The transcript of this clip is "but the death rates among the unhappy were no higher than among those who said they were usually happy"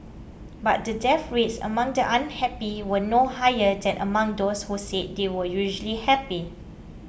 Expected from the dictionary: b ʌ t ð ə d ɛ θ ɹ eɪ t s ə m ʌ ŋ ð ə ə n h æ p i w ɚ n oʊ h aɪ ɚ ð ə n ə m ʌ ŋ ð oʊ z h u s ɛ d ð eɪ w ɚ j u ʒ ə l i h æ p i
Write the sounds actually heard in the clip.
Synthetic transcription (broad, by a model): b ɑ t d ə d ɛ f ɹ eɪ t s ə m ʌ ŋ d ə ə n h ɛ p i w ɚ n oʊ h aɪ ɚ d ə n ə m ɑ ŋ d oʊ s h u s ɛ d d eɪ w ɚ j u ʒ ə l i h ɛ p i